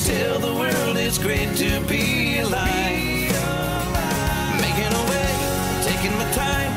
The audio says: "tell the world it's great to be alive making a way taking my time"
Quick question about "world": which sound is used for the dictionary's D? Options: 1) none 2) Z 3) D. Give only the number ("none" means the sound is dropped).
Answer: 3